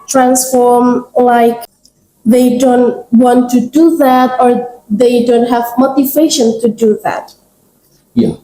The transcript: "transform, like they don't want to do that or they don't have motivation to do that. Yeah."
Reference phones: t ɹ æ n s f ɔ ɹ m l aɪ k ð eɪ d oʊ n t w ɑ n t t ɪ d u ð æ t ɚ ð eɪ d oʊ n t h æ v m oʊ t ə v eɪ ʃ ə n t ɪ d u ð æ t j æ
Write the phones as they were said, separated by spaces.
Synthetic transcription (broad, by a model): t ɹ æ n s f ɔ ɹ m l aɪ k ð eɪ d oʊ n t w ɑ n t t ɪ d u ð æ t ɚ ð eɪ d oʊ n t h æ v m oʊ t ə v eɪ ʃ ə n t ɪ d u ð æ t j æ